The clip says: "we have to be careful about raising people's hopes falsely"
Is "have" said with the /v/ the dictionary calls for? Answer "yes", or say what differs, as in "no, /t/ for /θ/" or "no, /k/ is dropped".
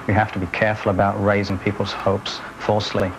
no, /f/ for /v/